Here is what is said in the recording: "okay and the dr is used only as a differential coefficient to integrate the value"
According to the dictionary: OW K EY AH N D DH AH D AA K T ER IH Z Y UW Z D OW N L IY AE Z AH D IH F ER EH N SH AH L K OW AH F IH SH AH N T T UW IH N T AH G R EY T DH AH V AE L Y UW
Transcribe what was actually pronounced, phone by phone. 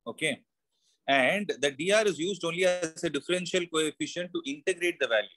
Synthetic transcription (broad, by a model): OW K EY AH N D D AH D AA T IH Z Y UW Z D OW N L IY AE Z AH D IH F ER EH N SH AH L K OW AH F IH SH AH N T T UW IH N T AH G R EY T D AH V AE L Y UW